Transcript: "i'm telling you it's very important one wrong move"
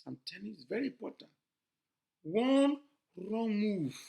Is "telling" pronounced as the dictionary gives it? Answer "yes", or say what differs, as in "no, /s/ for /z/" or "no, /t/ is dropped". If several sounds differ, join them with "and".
no, /n/ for /l/